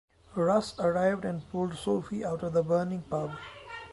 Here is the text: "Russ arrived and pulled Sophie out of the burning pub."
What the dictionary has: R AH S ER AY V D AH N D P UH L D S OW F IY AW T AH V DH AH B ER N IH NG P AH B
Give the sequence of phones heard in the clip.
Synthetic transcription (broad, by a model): R AH S ER AY V D AH N D P UH L D S OW F IY AW T AH V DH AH B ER N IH NG P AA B